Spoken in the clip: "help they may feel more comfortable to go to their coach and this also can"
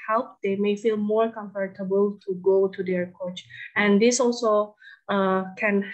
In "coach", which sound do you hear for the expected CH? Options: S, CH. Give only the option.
CH